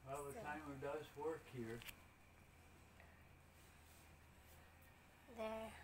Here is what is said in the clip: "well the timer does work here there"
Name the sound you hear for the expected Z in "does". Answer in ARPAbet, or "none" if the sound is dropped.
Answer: Z